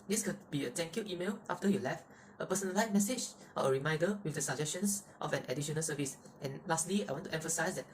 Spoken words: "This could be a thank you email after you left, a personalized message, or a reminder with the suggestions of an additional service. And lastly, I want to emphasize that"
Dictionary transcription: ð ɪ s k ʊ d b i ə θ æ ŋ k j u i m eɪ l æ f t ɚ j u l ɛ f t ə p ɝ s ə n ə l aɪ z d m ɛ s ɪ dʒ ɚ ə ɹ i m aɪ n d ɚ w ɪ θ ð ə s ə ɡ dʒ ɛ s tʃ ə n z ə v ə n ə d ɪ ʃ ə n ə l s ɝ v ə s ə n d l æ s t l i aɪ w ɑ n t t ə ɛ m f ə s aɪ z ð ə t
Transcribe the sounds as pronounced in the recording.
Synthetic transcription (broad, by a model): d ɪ s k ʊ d b i ə t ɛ ŋ k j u i m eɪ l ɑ f t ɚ j u l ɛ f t ə p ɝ s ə n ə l aɪ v m ɛ s ɪ dʒ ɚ ə ɹ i m aɪ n d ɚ w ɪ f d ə s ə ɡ dʒ ɛ s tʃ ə n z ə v ə n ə d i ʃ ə n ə l s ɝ v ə s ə n l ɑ s t l i aɪ w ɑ n t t ɛ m f ə s aɪ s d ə t